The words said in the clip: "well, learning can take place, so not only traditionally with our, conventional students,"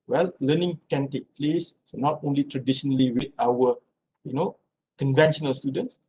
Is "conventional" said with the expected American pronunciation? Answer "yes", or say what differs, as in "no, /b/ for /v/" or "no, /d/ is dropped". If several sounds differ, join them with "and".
yes